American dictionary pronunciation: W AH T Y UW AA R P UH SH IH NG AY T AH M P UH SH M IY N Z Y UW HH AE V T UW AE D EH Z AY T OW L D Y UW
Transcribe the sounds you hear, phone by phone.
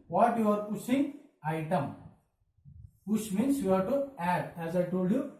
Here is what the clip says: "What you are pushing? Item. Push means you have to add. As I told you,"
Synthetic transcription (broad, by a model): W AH T Y UW AA R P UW S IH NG AY T AH M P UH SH M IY N S Y UW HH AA T UW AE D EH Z AY T OW L D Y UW